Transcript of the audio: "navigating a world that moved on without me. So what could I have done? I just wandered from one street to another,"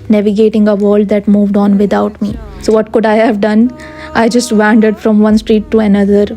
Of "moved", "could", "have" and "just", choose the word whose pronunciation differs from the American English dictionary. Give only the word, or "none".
none